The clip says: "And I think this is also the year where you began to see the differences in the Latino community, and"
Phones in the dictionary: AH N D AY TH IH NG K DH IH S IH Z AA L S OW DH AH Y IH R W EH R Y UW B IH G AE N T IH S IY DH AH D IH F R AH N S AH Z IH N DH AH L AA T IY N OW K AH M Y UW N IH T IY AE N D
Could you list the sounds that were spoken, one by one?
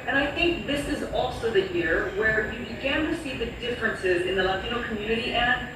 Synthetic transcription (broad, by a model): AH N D AY TH IH NG K DH IH S IH Z AA L S OW DH AH Y IH R W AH R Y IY B IH G AE N T IH S IY DH AH D IH F R AH N S AH Z IH N DH AH L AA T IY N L K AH M Y UW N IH T IY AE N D